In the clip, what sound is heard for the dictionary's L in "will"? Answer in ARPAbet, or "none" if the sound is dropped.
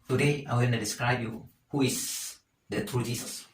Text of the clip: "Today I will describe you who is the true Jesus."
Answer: N